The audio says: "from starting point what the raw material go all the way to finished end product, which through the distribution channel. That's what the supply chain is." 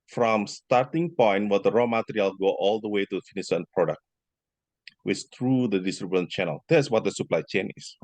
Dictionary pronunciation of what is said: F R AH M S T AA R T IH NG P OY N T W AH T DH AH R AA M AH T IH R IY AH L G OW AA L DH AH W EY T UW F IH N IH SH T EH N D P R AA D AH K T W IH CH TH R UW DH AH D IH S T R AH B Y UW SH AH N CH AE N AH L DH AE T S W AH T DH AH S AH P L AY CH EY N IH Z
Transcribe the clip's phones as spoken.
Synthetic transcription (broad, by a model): F R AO M S T AA R T IH NG P OY N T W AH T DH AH R AA M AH T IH R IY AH L G OW AA L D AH W EY T UW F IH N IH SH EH N P R AA D AH K T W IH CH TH R UW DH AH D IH S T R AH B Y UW AH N CH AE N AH L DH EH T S W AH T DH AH S AH P L AY CH EY N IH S